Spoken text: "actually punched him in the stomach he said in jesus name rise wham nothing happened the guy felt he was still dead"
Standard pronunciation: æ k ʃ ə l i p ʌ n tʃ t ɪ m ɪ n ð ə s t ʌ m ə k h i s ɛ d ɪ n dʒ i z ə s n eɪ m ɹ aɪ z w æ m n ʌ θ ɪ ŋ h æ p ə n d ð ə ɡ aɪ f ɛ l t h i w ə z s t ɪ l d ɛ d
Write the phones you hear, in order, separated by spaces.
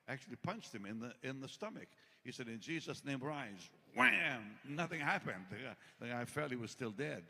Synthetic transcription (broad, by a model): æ k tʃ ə l i p ʌ n tʃ t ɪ m ɪ n ð ə s t ʌ m ə k h i s ɛ d ɪ n dʒ i z ə s n eɪ m ɹ aɪ z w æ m n ʌ θ ɪ ŋ h æ p ə n d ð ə aɪ f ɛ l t h i w ə z s t ɪ l d ɛ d